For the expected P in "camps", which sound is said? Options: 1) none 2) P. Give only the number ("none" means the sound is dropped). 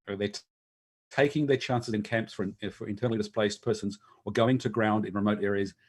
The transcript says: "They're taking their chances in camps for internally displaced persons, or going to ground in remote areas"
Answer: 2